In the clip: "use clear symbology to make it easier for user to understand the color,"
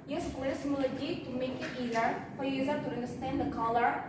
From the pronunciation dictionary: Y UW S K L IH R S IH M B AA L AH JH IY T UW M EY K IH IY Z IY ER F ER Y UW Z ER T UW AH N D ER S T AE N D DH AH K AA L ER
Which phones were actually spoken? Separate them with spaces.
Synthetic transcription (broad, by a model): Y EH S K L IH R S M AA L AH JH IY T UW M EY K IH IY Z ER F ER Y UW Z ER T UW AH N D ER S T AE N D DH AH K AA L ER